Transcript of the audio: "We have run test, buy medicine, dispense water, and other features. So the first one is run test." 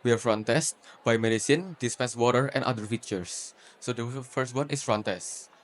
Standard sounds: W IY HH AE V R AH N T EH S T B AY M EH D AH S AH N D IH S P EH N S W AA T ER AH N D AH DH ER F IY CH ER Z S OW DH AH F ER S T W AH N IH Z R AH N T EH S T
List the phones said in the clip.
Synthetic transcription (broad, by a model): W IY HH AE F R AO N T EH S T B AY M EH D AH S AH N D IH S P EH N S W AA T ER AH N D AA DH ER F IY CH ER S OW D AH F ER S T W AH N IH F R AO N T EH S T